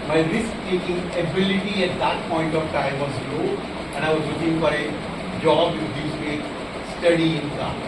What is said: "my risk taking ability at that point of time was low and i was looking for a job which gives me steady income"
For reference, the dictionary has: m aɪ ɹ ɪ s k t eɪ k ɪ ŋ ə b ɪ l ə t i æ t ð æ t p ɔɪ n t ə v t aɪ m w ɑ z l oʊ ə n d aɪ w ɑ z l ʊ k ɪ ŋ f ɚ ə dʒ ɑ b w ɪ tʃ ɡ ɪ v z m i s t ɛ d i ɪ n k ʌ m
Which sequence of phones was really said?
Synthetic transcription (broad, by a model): m aɪ ɹ ɪ s k t eɪ k ɪ ŋ ə b ɪ l ə t i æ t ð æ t p ɔɪ n t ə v t aɪ m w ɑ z l oʊ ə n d aɪ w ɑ z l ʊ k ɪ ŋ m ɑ ə dʒ ɑ b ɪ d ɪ z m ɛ s t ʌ d i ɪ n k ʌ